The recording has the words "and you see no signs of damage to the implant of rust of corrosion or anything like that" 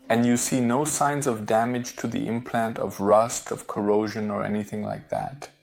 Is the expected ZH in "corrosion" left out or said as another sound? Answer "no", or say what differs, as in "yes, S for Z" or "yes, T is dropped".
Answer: no